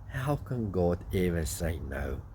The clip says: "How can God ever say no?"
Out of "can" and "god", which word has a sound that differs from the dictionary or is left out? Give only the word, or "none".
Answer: none